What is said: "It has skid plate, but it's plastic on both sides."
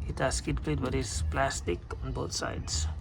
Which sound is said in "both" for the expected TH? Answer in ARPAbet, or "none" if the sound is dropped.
T